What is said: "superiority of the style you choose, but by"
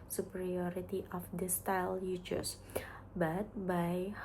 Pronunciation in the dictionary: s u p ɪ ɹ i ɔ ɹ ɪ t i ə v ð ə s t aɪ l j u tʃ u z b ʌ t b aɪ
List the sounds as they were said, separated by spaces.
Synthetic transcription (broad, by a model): s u p ɹ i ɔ ɹ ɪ t i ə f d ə s t aɪ l j u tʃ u s b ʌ t b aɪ